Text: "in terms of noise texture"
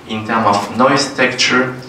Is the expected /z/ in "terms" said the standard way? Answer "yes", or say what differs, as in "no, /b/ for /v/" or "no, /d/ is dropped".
no, /z/ is dropped